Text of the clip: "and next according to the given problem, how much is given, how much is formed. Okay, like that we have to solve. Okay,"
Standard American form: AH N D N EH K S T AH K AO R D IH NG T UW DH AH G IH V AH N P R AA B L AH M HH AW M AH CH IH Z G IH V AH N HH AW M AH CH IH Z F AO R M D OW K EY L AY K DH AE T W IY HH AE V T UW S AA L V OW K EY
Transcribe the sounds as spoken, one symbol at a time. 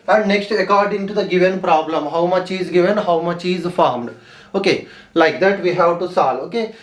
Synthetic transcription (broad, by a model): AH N D N EH K S T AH K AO R D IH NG T UW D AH G IH V AH N P R AA B L AH M HH AW M AH CH IH Z G IH V AH N HH AW M AH CH IH Z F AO R M D OW K EY L AY K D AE T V IY HH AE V T UW S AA L OW K EY